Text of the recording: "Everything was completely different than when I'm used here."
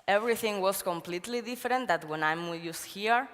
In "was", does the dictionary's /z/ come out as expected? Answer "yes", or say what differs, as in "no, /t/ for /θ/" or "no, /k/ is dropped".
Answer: no, /s/ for /z/